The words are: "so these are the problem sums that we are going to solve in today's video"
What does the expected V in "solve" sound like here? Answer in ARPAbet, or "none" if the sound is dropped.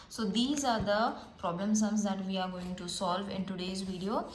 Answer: V